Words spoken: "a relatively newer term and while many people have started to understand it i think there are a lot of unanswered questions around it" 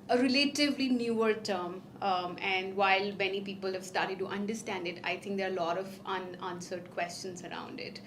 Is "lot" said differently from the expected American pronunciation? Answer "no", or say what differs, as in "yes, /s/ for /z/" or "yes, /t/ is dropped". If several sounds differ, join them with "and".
no